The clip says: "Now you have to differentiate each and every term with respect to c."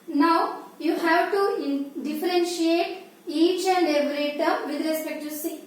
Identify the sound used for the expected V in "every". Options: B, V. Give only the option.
B